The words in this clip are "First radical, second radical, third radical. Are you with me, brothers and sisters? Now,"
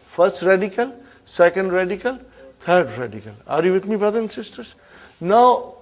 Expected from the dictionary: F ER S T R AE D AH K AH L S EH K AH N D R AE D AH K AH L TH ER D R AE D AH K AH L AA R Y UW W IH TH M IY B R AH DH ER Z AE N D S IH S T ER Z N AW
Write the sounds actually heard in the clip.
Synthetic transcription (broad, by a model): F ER S T R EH D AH K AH L S EH K AH N D R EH D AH K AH L T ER D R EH D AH K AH L AA R Y UW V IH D M IY B R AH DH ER N S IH S T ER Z N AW